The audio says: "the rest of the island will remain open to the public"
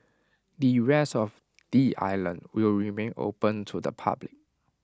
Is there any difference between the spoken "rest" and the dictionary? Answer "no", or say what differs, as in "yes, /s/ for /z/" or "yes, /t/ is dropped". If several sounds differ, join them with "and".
yes, /t/ is dropped